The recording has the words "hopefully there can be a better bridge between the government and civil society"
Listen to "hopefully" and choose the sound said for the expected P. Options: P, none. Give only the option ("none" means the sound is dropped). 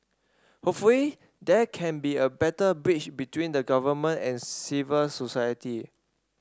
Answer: none